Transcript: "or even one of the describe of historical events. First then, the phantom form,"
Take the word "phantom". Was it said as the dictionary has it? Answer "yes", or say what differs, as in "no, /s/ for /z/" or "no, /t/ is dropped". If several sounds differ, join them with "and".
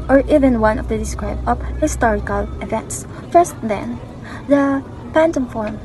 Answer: no, /p/ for /f/